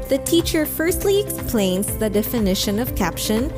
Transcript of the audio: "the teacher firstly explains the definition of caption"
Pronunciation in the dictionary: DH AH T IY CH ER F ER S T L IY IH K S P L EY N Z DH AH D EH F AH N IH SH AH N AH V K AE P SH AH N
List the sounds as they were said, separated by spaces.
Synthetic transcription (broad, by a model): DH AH T IY CH ER F ER S T L IY IH K S P L EY N Z DH AH D EH F AH N IH SH AH N AH V K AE P SH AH N